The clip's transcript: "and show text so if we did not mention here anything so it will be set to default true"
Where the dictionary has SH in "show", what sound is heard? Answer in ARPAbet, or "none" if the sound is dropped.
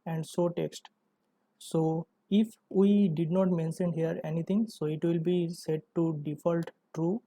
S